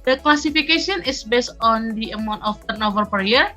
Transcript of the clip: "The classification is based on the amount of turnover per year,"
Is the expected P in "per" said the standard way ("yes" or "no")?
yes